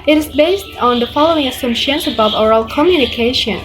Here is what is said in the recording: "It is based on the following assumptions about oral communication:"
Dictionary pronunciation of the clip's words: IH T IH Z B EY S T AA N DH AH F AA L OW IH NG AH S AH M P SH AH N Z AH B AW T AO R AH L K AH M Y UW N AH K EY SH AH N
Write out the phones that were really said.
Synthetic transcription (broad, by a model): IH T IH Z B EY S T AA N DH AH F AA L OW IH NG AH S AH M SH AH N S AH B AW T AO R AH L K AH M Y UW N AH K EY SH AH N